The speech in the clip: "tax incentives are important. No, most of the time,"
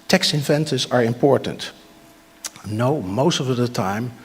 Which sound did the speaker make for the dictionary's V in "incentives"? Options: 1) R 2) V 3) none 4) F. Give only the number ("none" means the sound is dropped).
3